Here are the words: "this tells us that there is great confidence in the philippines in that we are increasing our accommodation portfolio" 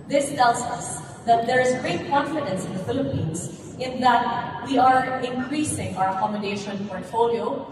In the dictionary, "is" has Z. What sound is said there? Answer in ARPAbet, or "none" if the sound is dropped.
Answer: Z